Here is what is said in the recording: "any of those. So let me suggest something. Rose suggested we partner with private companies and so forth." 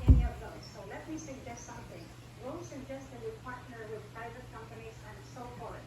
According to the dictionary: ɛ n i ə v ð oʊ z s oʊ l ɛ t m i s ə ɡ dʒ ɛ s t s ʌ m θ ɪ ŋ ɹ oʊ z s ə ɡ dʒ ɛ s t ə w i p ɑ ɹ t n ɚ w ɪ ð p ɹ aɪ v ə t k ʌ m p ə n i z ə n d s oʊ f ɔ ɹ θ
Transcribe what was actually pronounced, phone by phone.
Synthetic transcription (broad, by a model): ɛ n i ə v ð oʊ s oʊ l ɛ t m i s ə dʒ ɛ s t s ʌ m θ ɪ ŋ w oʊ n s ə ɡ dʒ ɛ s t ə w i p ɑ ɹ t n ɚ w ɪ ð p ɹ aɪ v ə t k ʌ m p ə n i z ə n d s oʊ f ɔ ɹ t